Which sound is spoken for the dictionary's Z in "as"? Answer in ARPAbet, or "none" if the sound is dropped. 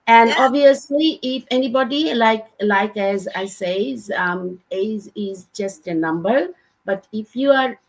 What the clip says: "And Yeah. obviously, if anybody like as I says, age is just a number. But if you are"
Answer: Z